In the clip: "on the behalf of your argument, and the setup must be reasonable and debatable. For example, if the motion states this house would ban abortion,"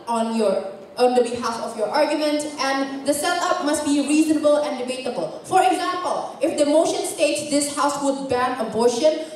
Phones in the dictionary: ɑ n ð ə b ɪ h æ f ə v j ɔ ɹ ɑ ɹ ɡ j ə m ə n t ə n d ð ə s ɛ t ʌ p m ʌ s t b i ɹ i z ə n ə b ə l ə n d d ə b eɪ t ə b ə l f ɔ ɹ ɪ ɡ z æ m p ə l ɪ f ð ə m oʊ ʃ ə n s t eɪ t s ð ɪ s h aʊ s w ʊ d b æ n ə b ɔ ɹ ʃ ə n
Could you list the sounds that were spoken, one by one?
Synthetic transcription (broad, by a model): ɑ n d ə b ɪ h æ f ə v j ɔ ɹ ɑ ɹ ɡ j ə m ə n t ə n d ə s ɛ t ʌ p m ʌ s t b i ɹ i z ə n ə b ə l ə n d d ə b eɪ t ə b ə l f ɔ ɹ ɪ ɡ z æ m p ə l ɪ f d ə m oʊ ʃ ə n s t eɪ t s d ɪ s h aʊ s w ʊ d b æ n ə b ɔ ɹ ʃ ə n